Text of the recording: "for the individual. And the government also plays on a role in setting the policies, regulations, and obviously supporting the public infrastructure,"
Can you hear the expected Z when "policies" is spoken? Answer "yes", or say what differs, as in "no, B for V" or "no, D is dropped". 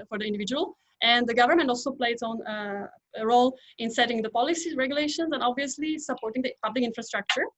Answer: no, Z is dropped